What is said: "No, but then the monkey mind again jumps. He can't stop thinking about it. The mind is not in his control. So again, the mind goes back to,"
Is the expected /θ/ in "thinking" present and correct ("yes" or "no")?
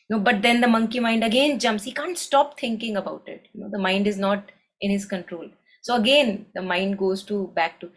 no